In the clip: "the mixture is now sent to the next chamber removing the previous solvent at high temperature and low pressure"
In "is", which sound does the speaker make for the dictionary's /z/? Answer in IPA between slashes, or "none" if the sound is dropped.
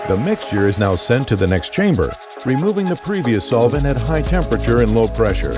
/z/